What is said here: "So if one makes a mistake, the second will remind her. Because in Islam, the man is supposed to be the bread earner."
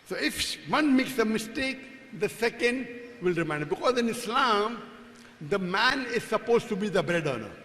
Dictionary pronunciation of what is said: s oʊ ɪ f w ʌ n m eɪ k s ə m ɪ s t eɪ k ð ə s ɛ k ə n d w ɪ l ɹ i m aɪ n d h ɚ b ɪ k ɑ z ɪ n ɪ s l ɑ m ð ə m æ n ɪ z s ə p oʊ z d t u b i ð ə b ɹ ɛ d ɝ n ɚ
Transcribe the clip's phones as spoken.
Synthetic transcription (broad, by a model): s oʊ ɪ f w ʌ n m eɪ k s ə m ɪ s t eɪ k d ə s ɛ k ə n d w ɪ l ɹ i m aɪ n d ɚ b ɪ k ɑ z ɪ n ɪ s l ɑ m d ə m æ n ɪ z s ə p oʊ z t u b i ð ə b ɹ ɛ d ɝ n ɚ